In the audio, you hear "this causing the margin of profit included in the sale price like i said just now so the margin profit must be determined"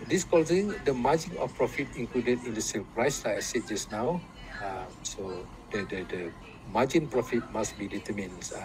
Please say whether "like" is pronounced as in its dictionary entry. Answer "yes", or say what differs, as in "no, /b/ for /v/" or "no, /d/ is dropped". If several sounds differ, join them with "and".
no, /k/ is dropped